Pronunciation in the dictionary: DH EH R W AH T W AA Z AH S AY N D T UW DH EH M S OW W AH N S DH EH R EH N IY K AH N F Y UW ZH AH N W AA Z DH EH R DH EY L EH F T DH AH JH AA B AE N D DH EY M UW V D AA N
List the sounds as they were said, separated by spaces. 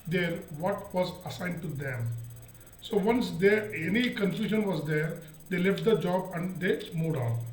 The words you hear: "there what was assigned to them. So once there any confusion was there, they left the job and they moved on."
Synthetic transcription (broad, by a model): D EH R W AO T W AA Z AH S AY N D T UW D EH M S OW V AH N S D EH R EH N IY K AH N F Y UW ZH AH N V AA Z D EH R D EY L EH F T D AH JH AA B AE N D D EY M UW D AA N